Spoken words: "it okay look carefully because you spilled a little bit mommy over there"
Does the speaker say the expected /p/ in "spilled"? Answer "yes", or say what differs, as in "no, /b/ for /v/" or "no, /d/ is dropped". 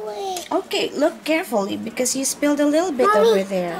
yes